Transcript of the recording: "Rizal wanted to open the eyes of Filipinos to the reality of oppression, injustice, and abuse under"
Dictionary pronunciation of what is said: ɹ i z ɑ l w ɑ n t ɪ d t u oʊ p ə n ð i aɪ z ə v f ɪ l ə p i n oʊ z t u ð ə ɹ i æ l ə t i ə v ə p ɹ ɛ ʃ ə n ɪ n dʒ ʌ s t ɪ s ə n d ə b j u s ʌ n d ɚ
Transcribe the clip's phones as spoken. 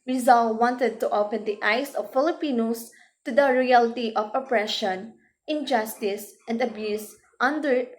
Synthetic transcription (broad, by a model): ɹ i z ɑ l w ɑ n t ɪ d t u oʊ p ə n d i aɪ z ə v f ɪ l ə p i n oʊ s t u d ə ɹ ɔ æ l t i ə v ə p ɹ ɛ ʃ ə n ɪ n dʒ ʌ s t ɪ s ə n d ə b j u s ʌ n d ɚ